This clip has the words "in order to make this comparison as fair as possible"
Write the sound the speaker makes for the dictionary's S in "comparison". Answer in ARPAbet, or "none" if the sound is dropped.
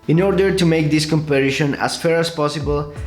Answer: SH